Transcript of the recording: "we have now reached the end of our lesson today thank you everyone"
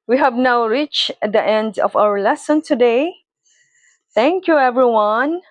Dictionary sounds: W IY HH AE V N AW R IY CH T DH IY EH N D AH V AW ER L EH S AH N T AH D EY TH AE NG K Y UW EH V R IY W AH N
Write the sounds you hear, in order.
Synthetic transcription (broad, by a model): W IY HH AE V N AW R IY CH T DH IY EH N D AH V AW ER L EH S AH N T AH D EY TH AE NG K Y UW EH V R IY W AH N